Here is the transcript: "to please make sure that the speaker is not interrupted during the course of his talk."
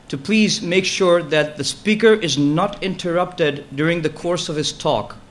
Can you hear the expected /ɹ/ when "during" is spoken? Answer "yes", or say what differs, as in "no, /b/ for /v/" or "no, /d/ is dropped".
yes